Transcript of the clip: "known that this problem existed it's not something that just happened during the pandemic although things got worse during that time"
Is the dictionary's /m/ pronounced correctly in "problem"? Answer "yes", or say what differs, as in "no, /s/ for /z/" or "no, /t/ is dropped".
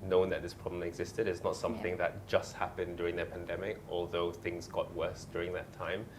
no, /m/ is dropped